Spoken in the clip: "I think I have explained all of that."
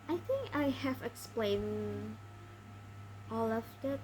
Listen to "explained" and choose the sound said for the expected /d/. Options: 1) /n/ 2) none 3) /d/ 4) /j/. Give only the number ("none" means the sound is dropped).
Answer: 2